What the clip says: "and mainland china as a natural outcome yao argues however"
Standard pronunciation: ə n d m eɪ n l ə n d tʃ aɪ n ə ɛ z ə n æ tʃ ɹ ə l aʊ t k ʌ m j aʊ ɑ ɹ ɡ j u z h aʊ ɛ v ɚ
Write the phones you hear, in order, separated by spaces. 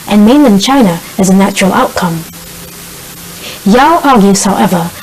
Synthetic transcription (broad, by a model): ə n m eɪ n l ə n tʃ aɪ n ə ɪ z ə n æ tʃ ɹ ə l aʊ t k ʌ m j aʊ ɑ ɹ ɡ j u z h aʊ ɛ v ɚ